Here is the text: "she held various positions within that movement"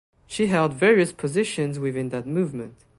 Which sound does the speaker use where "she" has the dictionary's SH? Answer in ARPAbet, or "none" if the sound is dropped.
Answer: SH